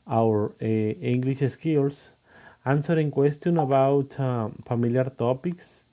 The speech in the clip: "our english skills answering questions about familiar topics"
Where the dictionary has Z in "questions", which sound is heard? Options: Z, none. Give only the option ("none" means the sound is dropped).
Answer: none